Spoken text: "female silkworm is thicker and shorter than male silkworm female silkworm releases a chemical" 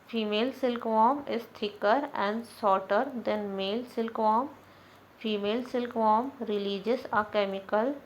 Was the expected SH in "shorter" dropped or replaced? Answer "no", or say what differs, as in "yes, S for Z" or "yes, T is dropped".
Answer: yes, S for SH